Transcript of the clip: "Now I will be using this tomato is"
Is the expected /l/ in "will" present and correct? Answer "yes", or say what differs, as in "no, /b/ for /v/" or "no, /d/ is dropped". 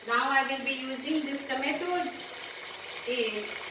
no, /n/ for /l/